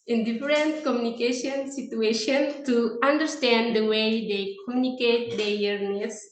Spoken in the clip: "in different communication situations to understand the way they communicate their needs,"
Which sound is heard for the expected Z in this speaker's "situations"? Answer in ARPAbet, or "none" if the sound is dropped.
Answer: none